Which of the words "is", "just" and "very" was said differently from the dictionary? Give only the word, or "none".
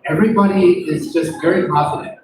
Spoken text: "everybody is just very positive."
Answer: none